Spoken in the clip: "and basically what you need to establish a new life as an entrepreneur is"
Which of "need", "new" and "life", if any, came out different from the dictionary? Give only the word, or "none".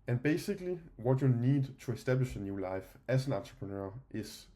none